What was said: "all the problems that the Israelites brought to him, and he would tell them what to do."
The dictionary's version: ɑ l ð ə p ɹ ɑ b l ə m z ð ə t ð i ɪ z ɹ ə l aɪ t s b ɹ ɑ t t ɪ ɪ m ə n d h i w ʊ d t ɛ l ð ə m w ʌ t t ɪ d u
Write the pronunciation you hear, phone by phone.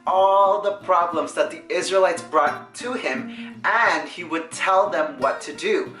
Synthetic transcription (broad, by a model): ɑ l ð ə p ɹ ɑ b l ə m z ð ə t ð i ɪ z ɹ ə l aɪ t s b ɹ ɑ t t ɪ ɪ m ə n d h i w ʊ d t ɛ l ð ə m w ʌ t t ɪ d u